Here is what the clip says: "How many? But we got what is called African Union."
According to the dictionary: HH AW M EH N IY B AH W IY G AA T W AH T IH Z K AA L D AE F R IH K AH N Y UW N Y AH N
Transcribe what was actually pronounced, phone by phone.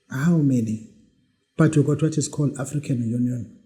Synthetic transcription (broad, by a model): HH AW M EH N IY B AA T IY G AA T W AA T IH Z K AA L AA F R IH K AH N Y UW N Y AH N